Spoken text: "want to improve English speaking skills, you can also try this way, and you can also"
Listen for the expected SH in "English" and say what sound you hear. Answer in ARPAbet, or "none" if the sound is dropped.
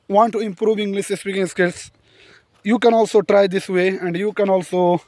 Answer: S